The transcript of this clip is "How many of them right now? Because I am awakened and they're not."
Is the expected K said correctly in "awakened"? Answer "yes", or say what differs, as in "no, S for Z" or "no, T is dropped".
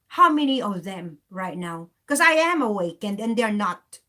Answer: yes